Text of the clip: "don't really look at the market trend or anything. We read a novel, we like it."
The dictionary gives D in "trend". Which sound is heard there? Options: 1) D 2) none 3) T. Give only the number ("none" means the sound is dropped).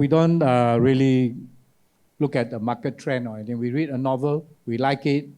2